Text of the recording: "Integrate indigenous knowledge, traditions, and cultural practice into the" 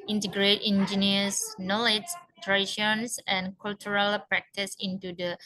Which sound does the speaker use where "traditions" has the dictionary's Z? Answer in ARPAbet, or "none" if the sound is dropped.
S